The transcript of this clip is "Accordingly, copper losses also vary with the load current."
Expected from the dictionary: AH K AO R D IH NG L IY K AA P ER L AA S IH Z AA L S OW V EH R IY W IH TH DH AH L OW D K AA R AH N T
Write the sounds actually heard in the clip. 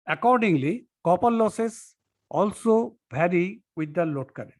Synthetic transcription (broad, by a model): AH K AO R D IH NG L IY K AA P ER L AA S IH S AA L S OW B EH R IY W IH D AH L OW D K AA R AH